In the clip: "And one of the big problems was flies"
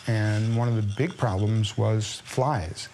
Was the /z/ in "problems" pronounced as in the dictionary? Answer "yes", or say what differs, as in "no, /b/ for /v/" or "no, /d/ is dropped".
yes